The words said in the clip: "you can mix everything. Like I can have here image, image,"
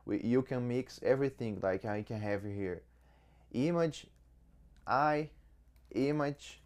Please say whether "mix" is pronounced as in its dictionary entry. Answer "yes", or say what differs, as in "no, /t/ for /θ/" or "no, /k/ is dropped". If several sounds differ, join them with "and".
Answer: yes